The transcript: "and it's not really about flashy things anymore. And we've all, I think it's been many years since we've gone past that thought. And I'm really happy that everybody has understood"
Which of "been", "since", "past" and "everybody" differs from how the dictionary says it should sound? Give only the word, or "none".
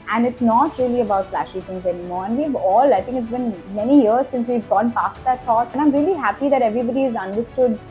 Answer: none